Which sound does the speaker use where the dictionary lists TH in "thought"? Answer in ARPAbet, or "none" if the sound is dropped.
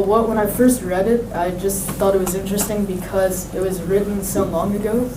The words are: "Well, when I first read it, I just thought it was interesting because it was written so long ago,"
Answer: TH